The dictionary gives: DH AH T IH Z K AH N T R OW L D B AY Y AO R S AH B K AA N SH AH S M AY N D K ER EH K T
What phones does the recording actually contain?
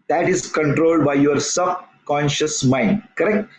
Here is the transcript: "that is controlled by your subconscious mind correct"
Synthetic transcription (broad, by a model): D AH T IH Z K AH N T R OW L D B AY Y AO R S AH B K AA N SH AH S M AY N D K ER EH K T